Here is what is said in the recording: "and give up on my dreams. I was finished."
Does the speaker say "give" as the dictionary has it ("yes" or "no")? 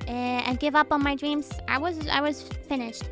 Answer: yes